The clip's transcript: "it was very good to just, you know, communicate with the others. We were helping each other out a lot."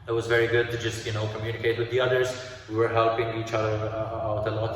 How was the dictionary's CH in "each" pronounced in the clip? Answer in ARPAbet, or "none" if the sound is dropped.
CH